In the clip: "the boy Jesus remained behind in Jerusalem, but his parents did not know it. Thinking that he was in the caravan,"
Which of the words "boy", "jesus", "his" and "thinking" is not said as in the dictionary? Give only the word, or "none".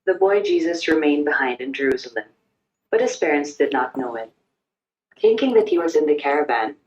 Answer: none